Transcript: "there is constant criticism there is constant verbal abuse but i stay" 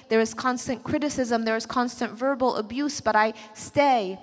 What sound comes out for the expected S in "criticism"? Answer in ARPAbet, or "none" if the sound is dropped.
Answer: S